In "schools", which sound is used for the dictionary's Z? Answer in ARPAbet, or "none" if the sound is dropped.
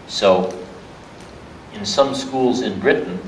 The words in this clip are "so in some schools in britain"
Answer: Z